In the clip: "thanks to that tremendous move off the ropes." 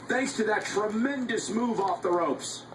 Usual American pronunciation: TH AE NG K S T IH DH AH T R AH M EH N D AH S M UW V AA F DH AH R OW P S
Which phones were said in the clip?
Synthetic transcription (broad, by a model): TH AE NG K S T IH DH AH T R AH M EH N D AH S M UW V AA F DH AH R OW P S